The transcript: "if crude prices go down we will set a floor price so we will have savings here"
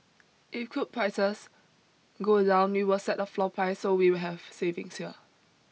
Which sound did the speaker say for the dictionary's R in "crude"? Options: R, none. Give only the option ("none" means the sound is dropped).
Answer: none